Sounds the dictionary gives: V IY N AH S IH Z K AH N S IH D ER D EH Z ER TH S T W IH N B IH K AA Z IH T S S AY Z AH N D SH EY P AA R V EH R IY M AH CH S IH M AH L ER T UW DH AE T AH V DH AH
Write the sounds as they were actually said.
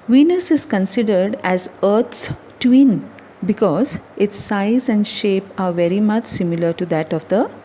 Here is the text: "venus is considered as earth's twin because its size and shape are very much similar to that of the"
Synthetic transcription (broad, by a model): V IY N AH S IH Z K AH N S IH D ER D EH Z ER T S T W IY N B IH K AA Z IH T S S AY Z AH N D SH EY P AA R V EH R IY M AH CH S IH M AH L ER T UW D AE T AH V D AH